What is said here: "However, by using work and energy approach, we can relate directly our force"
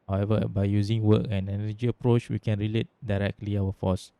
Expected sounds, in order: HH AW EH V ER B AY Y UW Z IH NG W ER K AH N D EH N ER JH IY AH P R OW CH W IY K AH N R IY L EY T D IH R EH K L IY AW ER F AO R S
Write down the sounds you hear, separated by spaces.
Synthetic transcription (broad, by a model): HH AW EH V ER B AY Y UW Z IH NG W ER K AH N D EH N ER JH IY AH P R OW CH W IY K AH N R IY L EY T D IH R EH K L IY AW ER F AO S